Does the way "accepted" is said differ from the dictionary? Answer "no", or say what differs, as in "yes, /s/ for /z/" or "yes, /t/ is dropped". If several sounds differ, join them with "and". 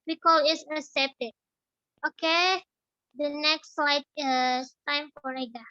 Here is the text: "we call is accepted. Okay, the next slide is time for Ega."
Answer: yes, /k/ is dropped